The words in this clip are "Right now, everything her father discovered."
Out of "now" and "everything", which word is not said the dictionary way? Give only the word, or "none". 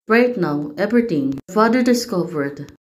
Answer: everything